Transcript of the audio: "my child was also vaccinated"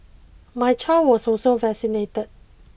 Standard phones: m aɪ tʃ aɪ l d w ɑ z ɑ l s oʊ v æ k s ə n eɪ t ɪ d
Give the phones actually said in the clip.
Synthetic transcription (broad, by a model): m aɪ tʃ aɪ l w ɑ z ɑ s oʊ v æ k s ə n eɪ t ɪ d